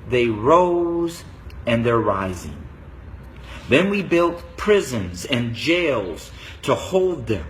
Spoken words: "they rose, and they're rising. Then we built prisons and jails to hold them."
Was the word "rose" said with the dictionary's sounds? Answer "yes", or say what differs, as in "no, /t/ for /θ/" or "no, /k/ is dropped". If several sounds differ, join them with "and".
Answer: yes